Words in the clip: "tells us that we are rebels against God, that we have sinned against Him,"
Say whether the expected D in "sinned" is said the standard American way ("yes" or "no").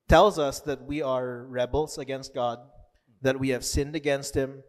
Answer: yes